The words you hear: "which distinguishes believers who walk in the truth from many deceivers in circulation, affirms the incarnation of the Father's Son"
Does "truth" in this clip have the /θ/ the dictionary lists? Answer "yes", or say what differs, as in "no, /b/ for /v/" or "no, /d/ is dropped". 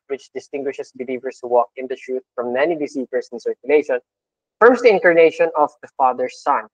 no, /t/ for /θ/